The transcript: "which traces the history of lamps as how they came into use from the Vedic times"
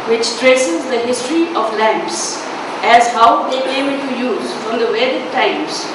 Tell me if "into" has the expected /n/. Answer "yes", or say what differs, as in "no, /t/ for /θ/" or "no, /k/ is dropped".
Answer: no, /l/ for /n/